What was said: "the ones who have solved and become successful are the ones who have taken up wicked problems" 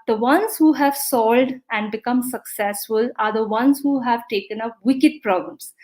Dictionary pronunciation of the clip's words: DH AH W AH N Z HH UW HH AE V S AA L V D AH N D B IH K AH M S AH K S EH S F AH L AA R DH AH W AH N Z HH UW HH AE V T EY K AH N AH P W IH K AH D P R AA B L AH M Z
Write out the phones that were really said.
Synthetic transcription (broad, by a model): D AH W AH N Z HH UW HH AE V S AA L D AH N D B IH K AH M S AH K S EH S F AH L AA R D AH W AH N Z HH UW HH AE V T EY K AH N AH P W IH K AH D P R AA B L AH M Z